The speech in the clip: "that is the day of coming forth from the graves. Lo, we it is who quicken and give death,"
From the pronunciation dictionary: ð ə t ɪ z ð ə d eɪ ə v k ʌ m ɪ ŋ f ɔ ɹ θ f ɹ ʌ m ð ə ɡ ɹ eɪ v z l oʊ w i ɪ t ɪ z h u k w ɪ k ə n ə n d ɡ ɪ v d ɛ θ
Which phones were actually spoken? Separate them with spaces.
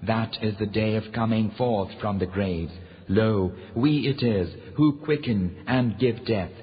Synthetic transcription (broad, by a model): ð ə t ɪ z ð ə d eɪ ə v k ʌ m ɪ ŋ f ɔ ɹ θ f ɹ ʌ m ð ə ɡ ɹ eɪ v z l oʊ w i ɪ t ɪ z h u k w ɪ k ə n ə n ɡ ɪ v d ɛ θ